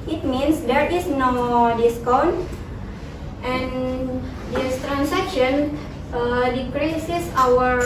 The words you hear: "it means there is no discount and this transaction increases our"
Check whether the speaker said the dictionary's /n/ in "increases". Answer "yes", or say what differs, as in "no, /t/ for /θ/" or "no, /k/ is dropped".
no, /n/ is dropped